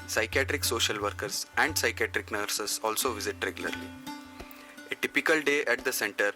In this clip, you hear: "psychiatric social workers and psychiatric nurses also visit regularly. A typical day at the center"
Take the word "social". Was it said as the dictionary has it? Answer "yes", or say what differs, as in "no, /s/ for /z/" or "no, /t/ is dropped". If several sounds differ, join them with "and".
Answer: yes